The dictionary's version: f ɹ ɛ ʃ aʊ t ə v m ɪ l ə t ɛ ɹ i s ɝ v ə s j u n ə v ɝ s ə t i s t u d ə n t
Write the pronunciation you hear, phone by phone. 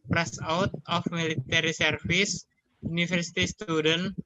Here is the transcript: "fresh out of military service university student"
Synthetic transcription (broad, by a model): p ɹ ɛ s aʊ t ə f m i l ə t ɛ ɹ i s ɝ f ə s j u n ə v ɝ s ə t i s t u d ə n